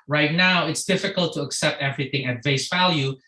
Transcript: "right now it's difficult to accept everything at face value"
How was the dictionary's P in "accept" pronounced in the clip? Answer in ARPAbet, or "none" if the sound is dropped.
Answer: P